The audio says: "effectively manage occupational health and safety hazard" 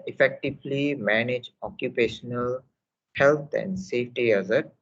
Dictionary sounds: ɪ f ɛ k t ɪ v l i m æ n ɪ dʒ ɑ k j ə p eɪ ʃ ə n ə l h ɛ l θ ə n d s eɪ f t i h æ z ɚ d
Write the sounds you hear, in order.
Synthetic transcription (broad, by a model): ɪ f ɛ k t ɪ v l i m æ n ɪ dʒ ɑ k j ə p eɪ ʃ ə n ə l h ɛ l t ə n d s eɪ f t i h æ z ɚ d